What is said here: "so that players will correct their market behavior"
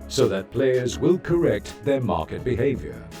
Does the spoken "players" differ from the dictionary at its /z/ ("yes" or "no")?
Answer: no